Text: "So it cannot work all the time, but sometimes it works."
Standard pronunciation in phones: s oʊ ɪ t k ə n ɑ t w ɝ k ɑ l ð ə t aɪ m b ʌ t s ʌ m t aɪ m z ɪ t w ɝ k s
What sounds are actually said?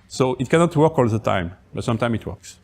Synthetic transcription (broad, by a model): s oʊ ɪ t k ə n ɑ t w ɝ k ɑ l ð ə t aɪ m b ʌ t s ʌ m t aɪ m ɪ t w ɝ k s